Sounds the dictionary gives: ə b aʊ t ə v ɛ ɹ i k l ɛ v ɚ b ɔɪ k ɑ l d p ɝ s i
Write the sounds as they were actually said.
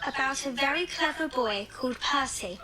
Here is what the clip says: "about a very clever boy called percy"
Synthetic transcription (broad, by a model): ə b aʊ t ə v ɛ ɹ i k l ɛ v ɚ b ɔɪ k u d p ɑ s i